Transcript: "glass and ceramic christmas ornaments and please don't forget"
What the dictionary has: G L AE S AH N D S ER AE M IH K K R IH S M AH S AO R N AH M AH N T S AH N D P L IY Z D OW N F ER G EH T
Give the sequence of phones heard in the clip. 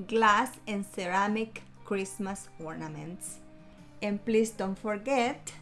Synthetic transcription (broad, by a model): G L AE S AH N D S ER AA M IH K K R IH S M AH S AO R N AH M AH N T S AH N P L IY S D OW N F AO G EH T